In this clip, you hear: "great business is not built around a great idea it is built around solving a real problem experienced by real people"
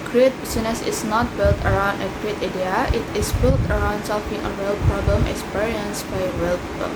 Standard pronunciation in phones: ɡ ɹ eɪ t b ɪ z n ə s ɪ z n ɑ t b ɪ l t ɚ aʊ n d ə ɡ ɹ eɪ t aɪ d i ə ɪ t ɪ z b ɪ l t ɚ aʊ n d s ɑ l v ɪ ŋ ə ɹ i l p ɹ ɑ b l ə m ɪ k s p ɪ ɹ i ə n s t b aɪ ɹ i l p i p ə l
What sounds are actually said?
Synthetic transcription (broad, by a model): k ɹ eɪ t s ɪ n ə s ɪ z n ɑ t b ɪ l t ɚ aʊ n d ə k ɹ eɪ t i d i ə ɪ t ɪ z b ɪ l t ɚ aʊ n d s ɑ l f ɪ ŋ ə ɹ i l p ɹ ɑ b l ə m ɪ k s p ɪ ɹ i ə n s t b aɪ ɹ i l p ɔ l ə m